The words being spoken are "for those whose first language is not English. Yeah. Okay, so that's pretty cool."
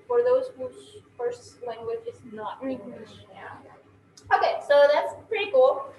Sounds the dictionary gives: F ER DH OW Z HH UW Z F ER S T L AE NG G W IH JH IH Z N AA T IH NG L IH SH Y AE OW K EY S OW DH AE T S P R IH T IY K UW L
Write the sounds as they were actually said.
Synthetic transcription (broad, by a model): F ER DH OW Z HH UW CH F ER S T L AE NG G W IH JH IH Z N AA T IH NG IH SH Y AE OW K EY S OW DH AE T S P R IH T IY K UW L